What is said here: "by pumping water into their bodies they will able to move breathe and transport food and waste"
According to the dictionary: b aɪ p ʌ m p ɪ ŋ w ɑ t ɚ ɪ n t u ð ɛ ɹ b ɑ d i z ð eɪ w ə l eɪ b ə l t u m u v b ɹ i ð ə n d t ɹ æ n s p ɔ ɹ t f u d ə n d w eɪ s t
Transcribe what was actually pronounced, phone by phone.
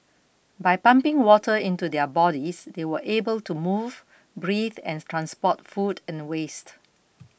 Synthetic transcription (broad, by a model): b aɪ p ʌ m p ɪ ŋ w ɑ t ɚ ɪ n t u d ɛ b ɑ d i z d eɪ w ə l eɪ b ə l t u m u v b ɹ i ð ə n t ɹ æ n s p ɔ t f u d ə n w eɪ s t